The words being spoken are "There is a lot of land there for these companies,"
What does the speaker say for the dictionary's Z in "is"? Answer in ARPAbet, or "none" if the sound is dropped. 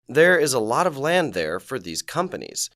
Z